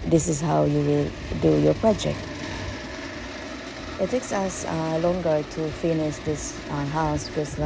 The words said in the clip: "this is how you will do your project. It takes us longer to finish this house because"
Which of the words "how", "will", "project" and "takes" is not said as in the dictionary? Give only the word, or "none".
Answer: none